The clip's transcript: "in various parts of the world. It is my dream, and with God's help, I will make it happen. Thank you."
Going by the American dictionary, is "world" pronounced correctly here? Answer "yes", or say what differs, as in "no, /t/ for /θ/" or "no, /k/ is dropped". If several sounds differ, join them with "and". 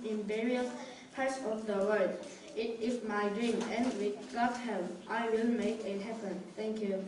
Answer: no, /l/ is dropped